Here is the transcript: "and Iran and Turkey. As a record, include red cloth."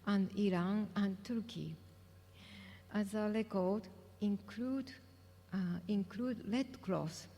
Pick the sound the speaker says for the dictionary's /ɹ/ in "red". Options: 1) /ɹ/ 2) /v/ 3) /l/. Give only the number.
3